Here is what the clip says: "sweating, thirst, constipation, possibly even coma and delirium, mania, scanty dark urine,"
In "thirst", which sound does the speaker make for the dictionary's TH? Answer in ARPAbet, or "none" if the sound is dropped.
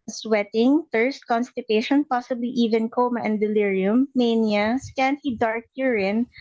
F